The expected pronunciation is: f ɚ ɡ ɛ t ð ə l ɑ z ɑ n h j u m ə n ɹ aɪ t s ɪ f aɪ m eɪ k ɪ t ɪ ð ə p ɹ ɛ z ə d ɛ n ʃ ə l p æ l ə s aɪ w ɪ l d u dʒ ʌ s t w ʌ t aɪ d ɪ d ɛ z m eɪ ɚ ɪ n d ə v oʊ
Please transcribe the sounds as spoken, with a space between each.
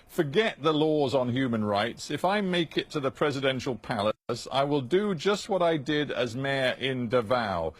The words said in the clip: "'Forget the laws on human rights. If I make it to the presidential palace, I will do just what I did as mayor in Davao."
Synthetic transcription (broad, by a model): f ɚ ɡ ɛ t ð ə l ɑ z n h j u m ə n ɹ aɪ t s ɪ f aɪ m eɪ k ɪ t ɪ ð ə p ɹ ɛ z ə d ɛ n ʃ ə l p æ l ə s aɪ w ɪ l d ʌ dʒ ʌ s t w ʌ t aɪ d ɪ d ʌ z m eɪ ɚ ɪ n d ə v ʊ